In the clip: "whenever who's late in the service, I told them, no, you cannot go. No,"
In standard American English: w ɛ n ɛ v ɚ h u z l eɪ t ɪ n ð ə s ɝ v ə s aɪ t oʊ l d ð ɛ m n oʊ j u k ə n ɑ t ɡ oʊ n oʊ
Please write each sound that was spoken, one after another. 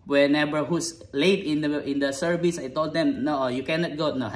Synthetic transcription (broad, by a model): w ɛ n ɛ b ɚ h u s l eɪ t ɪ n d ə s ɝ v ə s aɪ t oʊ l d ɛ m n oʊ j u k ə n ɑ t ɡ oʊ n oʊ